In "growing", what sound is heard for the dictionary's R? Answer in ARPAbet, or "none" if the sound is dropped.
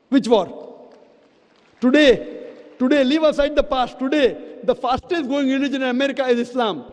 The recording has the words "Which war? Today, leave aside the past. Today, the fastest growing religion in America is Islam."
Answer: none